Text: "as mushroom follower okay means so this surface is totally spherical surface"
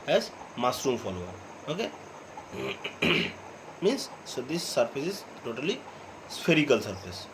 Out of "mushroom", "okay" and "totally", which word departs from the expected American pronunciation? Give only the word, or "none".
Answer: mushroom